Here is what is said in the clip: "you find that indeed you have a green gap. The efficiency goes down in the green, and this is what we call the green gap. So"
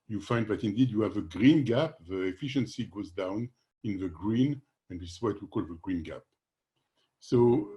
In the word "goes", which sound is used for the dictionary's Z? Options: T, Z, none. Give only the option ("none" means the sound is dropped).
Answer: Z